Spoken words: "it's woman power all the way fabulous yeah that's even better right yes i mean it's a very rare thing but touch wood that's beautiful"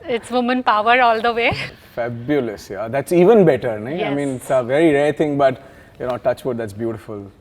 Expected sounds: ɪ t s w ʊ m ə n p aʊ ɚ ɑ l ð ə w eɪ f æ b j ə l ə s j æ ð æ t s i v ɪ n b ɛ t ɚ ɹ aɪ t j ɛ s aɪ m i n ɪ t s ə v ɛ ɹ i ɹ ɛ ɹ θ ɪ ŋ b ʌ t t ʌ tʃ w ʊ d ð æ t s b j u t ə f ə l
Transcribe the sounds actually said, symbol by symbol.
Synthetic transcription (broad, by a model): ɪ t s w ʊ m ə n p aʊ ɚ ɑ l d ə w eɪ f æ b j ə l ə s j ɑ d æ t s i v ɪ n b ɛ t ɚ ɹ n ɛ aɪ m i n ɪ t s ə v ɛ ɹ i ɹ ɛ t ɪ ŋ b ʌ t t ʌ tʃ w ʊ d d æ t s b j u t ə f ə l